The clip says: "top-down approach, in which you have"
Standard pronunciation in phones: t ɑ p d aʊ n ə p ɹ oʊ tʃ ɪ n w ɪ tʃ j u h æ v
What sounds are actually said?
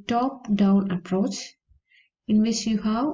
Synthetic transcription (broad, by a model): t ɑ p d aʊ n ə p ɹ oʊ tʃ ɪ n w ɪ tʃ j u h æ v